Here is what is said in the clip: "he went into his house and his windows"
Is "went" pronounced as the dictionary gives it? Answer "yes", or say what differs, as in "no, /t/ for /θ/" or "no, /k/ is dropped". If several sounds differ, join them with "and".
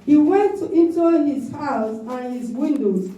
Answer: yes